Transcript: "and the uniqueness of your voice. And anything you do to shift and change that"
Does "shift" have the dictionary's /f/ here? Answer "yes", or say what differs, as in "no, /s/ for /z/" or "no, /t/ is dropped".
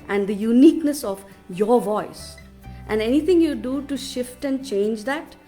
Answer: yes